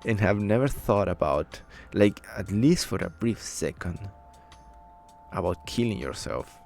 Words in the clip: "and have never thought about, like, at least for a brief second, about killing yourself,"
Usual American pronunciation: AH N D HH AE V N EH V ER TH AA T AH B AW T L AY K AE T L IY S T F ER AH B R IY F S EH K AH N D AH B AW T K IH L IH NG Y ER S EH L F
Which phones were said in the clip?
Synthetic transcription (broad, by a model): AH N HH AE V N EH V ER TH AA T AH B AW T L AY K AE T L IY S T F ER AH B R IY F S EH K AH N D AH B AW T K IH L IH NG Y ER S EH L F